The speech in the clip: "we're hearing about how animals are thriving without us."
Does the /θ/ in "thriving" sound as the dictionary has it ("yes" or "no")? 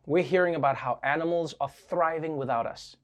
yes